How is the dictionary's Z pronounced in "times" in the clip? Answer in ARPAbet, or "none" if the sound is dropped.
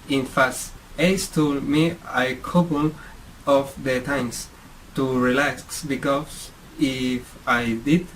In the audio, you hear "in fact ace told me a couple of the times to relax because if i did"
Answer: S